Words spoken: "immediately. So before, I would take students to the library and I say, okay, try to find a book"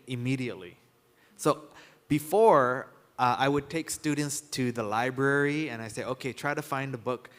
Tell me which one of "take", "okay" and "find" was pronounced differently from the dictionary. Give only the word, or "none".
none